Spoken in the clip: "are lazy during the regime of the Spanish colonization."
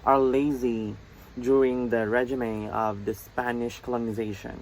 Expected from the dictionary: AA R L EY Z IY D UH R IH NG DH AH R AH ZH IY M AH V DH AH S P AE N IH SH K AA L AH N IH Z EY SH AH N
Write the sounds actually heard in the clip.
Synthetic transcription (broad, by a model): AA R L EY Z IY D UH R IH NG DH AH R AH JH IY M AH V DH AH S P AE N IH SH K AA L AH N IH Z EY SH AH N